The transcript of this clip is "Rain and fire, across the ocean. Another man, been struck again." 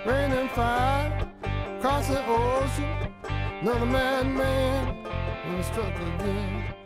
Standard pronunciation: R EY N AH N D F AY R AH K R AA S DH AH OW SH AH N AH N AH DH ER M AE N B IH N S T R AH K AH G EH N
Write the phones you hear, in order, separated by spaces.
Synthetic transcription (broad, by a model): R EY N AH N F AY AH K R AA S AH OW S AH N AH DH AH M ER M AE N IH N S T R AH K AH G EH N